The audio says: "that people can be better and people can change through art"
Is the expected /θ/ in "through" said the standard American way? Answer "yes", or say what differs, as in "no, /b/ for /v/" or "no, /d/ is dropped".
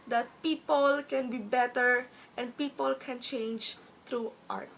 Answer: no, /t/ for /θ/